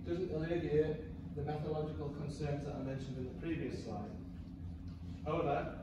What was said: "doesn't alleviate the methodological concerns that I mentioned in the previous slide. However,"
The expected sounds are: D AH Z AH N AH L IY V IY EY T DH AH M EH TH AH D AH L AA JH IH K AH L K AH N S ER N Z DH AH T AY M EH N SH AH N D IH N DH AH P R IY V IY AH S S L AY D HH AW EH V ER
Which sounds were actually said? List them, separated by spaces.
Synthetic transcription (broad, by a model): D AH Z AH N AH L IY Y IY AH DH AH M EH TH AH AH L AA JH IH K AH L K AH N S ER N Z DH AH T AY M EH N SH AH N D IH N DH AH P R IY V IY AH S S AY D HH AW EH V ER